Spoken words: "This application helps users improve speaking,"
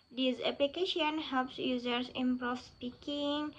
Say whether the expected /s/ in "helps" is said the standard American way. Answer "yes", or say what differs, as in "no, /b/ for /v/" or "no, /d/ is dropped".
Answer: yes